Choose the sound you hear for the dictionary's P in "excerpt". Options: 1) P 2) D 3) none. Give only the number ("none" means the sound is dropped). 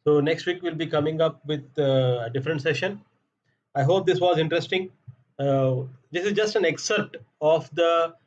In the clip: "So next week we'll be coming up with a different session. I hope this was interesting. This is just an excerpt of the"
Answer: 3